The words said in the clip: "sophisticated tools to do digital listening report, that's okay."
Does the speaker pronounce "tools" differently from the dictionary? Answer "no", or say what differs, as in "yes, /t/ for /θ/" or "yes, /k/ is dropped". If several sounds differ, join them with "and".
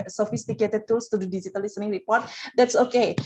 yes, /s/ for /z/